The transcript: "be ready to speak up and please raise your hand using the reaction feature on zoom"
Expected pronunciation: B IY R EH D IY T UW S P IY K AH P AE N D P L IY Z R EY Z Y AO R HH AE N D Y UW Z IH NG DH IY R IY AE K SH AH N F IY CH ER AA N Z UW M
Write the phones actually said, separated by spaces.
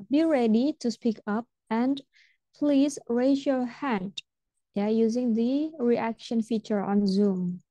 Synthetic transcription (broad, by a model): B IY R EH D IY T UW S P IY K AH P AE N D P L IY Z R EY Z Y AO R HH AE N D Y UW Z IH NG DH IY R IY AE K SH AH N F IY CH ER AA N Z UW M